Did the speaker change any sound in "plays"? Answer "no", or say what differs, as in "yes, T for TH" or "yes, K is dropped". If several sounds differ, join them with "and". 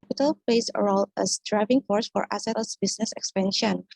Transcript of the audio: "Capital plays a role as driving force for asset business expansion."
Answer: yes, L is dropped